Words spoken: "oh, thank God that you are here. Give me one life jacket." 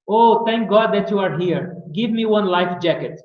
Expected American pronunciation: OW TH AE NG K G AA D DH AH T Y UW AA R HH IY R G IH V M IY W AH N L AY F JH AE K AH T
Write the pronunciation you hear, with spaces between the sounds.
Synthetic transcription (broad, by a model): OW T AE NG K G AA D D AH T Y UW AA R HH IY R G IH V M IY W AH N L AY F JH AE K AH T